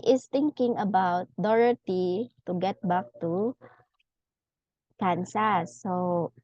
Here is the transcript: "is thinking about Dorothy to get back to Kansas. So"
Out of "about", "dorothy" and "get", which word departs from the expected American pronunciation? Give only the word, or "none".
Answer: dorothy